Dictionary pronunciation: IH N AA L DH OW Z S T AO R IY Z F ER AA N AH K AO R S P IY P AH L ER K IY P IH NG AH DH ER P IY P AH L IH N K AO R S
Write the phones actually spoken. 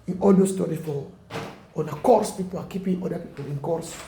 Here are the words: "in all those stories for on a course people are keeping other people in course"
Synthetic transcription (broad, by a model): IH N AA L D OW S T AO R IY F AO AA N AH K AO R S P IY P AH L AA K IY P IH NG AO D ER P IY P AH L IH N K AO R S